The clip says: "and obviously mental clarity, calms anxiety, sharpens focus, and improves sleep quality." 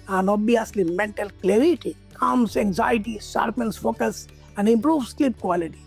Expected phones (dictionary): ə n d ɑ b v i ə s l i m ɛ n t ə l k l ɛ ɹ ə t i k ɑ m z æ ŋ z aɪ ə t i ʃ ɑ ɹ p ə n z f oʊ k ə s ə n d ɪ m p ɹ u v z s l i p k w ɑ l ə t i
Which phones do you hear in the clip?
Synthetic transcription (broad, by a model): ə n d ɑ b i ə s l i m ɛ n t ə l k l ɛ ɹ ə t i k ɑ m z æ ŋ z aɪ ə t i s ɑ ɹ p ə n s f oʊ k ə s ə n d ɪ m p ɹ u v s l i p k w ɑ l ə t i